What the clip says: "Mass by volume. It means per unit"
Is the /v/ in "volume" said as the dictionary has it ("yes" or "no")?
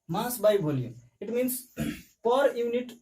no